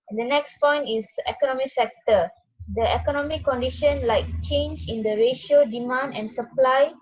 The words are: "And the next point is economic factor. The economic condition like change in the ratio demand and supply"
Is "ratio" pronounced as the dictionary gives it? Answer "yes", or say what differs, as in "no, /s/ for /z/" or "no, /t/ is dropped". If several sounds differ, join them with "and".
yes